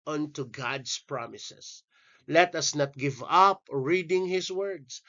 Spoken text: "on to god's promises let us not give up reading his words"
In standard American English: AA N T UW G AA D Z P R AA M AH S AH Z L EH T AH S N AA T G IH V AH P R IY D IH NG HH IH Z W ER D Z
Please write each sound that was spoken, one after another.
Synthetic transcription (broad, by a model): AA N T UW G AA D S P R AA M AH S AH S L EH T AH S N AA T G IH V AH P R IY D IH NG HH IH S W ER D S